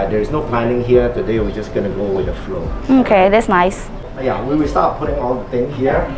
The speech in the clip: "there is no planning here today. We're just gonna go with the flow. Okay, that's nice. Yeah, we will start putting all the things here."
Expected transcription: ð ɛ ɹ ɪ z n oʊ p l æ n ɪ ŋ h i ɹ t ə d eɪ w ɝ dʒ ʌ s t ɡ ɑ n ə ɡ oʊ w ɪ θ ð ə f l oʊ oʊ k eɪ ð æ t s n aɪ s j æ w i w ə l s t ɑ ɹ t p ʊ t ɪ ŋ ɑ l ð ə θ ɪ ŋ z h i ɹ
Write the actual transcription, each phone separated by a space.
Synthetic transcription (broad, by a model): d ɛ ɹ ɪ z n oʊ p l æ n ɪ ŋ h i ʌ t ə d eɪ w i dʒ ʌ s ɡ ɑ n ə ɡ oʊ w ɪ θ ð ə f l oʊ oʊ k eɪ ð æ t s n aɪ s j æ w i w ə l s t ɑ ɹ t p ʊ t ɪ ŋ ɑ l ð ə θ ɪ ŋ h i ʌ